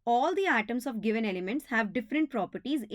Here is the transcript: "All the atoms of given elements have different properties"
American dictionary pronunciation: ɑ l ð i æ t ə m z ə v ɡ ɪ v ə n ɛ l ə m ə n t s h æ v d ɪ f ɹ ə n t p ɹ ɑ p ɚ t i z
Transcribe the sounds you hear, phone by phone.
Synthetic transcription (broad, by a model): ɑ l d i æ t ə m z ə v ɡ ɪ v ə n ɛ l ə m ə n t s h æ v d ɪ f ɹ ə n t p ɹ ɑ p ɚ t i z